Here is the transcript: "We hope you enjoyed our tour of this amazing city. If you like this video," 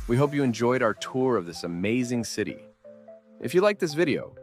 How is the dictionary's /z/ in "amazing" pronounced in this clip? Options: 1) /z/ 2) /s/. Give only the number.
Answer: 1